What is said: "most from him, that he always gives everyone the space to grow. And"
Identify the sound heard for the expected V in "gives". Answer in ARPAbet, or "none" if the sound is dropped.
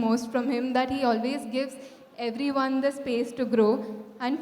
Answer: V